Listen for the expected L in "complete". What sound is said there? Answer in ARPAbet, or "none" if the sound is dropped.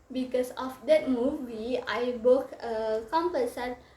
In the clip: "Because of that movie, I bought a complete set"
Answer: none